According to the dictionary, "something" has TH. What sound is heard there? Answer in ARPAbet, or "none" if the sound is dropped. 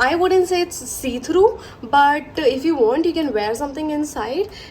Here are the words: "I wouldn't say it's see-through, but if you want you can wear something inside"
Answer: T